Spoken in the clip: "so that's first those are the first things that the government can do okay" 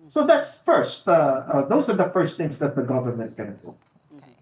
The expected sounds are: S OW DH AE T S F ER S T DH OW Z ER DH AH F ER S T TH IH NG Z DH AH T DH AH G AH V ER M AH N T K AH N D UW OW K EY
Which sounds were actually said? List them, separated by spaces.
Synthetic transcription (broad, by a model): S OW DH AE T S F ER S T DH OW Z ER DH AH F ER S T TH IH NG Z DH AH T DH AH G AH V ER M AH N T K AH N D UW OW